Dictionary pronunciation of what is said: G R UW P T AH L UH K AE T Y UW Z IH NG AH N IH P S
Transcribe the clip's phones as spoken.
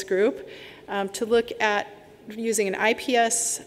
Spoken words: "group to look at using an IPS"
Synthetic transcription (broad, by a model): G R UW P T AH L UH K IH T Y UW Z IH NG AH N IH P S